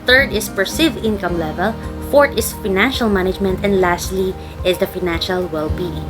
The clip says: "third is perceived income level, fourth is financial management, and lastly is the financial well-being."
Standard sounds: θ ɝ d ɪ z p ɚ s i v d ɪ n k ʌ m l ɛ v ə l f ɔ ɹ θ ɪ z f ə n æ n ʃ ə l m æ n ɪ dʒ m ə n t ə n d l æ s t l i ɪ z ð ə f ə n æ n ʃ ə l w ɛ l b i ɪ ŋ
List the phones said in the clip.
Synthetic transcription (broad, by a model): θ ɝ d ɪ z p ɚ s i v ɪ n k ʌ m l ɛ v ə l f ɔ ɹ t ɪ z f ə n æ n ʃ ə l m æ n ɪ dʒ m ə n t ə n d l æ s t l i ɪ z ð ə f ə n æ n ʃ ə l w ɛ l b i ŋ